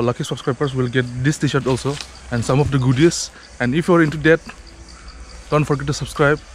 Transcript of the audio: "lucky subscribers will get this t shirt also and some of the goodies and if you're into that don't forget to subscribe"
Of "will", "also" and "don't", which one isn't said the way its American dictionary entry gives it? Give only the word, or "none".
none